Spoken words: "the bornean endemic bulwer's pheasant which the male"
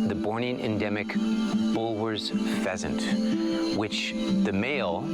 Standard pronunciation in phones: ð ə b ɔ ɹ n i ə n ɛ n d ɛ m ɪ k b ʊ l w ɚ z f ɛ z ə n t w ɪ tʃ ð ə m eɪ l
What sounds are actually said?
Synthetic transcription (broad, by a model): ð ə b ɔ ɹ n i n ɛ n d ɛ m ɪ k b ʊ l w ɚ z f ɛ z ə n t w ɪ tʃ ð ə m eɪ l